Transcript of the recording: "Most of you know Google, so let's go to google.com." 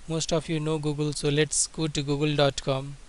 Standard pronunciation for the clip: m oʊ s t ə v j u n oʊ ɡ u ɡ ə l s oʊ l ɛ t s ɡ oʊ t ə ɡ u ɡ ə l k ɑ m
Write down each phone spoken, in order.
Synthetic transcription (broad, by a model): m oʊ s t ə p j u n oʊ ɡ u ɡ ə l s oʊ l ɛ t s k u t ɡ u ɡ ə l k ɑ m